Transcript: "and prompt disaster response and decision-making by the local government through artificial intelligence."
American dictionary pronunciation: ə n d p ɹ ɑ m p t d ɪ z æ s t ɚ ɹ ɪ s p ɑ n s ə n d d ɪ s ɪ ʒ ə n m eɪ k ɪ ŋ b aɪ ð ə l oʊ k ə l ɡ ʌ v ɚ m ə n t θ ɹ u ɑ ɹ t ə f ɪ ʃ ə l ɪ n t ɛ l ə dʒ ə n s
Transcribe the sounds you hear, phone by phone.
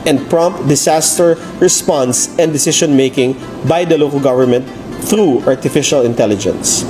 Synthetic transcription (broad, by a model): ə n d p ɹ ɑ m p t d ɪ s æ s t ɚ ɹ ɪ s p ɑ n s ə n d d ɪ s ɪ ʃ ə n m eɪ k ɪ ŋ b aɪ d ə l oʊ k ə l ɡ ʌ v ɚ m ə n t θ ɹ u ɑ ɹ t ə f ɪ ʃ ə l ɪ n t ɛ l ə dʒ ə n s